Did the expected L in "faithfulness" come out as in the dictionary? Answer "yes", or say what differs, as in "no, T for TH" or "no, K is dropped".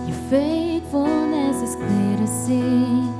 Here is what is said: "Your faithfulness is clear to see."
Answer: no, L is dropped